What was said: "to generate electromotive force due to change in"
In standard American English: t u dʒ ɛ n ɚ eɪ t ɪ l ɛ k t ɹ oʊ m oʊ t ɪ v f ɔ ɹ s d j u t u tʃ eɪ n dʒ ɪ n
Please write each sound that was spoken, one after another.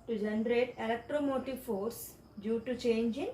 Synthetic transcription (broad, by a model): t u dʒ ɛ n ɚ eɪ t ɪ l ɛ k t ɹ oʊ m oʊ t ɪ v f ɔ ɹ s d j u t u tʃ eɪ n dʒ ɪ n